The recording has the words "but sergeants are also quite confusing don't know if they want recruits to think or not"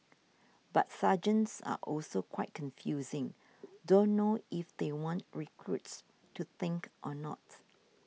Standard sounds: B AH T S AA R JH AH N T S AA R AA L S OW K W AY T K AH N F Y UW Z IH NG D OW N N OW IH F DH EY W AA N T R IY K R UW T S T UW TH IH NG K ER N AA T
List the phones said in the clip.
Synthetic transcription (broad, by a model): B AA T S AA JH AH N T S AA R AA L S OW K W AY T K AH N F Y UW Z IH NG D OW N N OW IH F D EY W AA N T R IY K R UW T S T UW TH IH NG K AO N AA T